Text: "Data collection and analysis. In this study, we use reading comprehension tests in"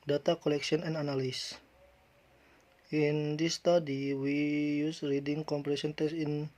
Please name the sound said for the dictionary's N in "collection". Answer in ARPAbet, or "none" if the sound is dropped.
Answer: none